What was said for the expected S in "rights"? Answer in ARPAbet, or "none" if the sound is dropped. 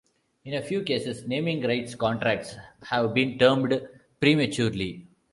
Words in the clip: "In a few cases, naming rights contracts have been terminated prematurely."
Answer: S